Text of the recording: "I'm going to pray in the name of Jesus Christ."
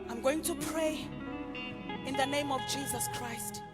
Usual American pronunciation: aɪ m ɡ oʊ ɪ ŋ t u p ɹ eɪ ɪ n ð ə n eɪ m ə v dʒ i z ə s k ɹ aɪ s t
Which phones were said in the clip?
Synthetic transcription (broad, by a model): aɪ m ɡ oʊ ɪ ŋ t u p ɹ eɪ ɪ n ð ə n eɪ m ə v dʒ i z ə s k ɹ aɪ s t